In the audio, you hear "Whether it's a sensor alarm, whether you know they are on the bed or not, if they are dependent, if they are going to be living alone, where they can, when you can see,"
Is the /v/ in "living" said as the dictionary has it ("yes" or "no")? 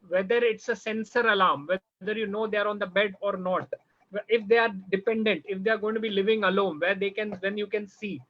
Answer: yes